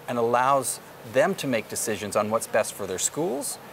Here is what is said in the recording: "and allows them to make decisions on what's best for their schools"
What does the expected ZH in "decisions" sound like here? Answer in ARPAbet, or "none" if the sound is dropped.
ZH